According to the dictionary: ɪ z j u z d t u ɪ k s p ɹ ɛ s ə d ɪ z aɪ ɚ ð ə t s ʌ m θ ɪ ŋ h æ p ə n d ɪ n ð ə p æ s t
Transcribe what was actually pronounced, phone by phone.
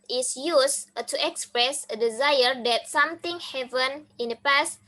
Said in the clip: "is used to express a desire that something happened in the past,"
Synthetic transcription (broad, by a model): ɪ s j u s t u ɪ k s p ɹ ɛ s ə d ɪ z aɪ ɚ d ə t s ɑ m t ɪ ŋ h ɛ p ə n ɪ n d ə p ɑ s t